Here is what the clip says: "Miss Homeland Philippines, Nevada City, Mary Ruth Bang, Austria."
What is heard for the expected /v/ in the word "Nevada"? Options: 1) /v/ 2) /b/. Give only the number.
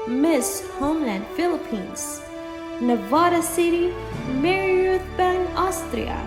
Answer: 1